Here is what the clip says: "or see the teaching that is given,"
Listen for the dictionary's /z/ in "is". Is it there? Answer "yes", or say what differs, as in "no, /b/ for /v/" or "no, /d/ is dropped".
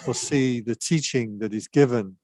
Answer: yes